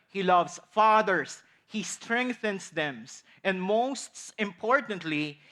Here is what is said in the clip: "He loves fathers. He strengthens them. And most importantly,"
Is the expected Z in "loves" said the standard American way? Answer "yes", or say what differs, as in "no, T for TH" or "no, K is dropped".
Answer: no, S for Z